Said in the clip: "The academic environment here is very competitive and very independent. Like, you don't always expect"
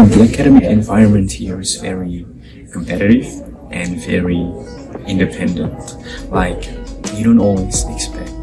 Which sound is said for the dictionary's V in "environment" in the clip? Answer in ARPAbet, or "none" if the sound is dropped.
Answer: V